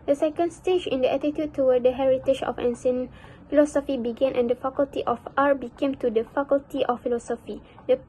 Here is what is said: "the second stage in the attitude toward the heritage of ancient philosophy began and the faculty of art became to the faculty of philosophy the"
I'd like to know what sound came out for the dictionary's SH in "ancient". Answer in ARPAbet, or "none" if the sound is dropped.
S